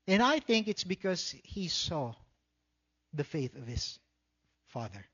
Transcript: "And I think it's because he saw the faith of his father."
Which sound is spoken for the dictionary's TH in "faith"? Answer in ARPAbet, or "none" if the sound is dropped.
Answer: TH